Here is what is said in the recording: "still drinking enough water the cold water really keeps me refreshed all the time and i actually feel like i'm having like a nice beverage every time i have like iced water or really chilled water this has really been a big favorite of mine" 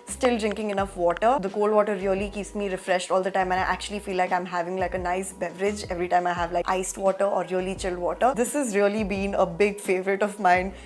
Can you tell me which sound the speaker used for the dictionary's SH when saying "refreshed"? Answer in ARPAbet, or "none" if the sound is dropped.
SH